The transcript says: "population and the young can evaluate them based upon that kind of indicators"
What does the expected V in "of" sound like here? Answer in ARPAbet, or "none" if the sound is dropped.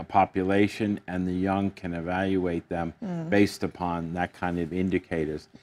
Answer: V